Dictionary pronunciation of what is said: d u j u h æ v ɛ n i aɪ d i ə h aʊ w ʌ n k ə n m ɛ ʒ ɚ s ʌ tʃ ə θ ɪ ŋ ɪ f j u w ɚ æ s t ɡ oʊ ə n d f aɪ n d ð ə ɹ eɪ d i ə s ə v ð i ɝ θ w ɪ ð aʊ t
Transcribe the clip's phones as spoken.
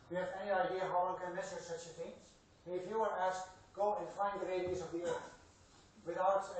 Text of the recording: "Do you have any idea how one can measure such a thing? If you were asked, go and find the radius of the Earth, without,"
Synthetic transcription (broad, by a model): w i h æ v ɛ n i aɪ d i ə h aʊ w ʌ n k ə n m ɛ s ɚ s ʌ tʃ ə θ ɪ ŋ ɪ f j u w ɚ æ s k ɡ oʊ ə n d f aɪ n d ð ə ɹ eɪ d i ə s ə v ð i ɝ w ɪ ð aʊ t